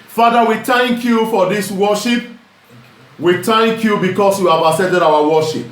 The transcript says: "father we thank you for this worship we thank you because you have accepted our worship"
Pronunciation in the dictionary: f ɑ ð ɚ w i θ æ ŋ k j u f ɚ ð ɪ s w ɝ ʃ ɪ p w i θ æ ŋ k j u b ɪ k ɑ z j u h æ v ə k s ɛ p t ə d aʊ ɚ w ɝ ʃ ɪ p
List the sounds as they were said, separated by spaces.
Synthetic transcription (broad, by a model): f ɑ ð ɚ w i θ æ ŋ k j u f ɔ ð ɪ s w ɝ ʃ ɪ p w i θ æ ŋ k j u b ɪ k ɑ s j u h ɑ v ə s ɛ t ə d aʊ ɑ w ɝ ʃ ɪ p